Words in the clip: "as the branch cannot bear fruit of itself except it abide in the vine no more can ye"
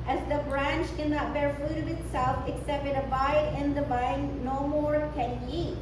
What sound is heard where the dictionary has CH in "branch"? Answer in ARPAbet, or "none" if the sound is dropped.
CH